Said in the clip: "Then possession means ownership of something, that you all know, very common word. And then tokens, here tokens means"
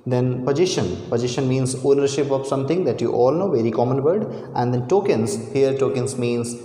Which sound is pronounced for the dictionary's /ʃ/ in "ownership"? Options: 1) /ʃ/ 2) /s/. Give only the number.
1